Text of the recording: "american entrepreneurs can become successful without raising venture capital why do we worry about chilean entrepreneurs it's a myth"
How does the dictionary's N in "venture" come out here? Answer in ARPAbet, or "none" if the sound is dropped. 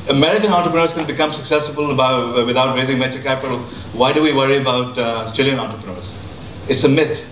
none